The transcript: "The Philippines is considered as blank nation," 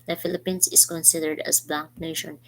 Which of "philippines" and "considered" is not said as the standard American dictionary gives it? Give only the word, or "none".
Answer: philippines